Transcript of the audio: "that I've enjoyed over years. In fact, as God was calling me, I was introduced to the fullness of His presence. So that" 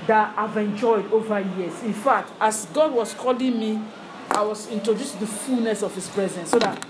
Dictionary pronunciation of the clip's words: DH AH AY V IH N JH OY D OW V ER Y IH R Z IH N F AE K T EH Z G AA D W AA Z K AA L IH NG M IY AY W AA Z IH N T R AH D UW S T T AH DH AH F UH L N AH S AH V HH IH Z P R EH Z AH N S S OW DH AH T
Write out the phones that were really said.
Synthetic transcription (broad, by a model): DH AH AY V IH N JH OY D OW V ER Y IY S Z IH N F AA K T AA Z G AA D W AA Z K AA L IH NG M IY AY W AA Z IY N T R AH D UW S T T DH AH F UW L N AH S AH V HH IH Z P R EH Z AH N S S OW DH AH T